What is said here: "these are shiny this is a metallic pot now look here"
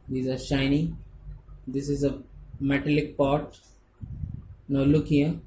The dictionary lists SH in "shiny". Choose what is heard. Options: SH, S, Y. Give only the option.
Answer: SH